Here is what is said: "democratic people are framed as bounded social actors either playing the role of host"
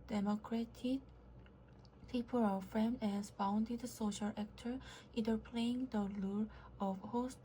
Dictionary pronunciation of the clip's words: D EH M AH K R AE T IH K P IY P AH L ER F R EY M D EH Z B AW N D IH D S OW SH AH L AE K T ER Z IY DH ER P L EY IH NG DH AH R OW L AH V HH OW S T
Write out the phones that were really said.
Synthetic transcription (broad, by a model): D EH M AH K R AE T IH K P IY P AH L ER F R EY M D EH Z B AW N D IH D S OW SH AH L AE K T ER IY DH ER P L EY IH NG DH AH L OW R AH V HH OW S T